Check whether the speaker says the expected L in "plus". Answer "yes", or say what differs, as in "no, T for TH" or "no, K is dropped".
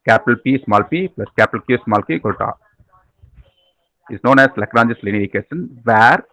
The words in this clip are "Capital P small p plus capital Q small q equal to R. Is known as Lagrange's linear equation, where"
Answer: yes